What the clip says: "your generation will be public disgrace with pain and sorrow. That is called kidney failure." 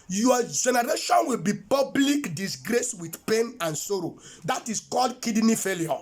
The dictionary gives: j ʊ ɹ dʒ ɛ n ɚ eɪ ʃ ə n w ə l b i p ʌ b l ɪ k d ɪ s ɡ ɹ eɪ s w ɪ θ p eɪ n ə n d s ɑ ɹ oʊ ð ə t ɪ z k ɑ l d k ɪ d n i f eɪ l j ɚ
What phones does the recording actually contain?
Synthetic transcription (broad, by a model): j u dʒ ɛ n ɚ eɪ ʃ ə n w ə l b i p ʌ b l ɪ k d ɪ s ɡ ɹ eɪ s w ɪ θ p eɪ n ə n s ɑ ɹ oʊ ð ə t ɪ s k ɑ l d k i d n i f eɪ l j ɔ